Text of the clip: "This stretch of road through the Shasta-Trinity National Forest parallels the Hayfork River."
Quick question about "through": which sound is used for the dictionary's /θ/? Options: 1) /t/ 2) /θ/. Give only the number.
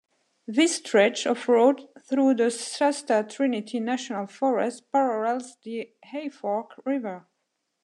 2